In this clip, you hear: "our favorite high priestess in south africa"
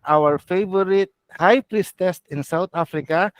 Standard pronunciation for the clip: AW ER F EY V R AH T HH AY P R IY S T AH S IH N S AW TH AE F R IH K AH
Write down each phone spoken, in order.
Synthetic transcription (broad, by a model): AW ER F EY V R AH T HH AY P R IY S T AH S IH N S AW T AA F R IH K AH